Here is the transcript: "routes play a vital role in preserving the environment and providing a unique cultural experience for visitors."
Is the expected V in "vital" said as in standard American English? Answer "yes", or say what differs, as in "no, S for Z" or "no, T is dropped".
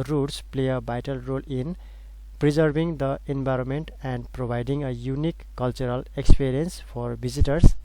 no, B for V